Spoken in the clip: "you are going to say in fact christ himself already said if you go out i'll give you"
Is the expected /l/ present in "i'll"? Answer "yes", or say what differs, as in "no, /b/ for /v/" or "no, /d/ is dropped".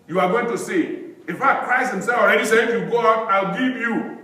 yes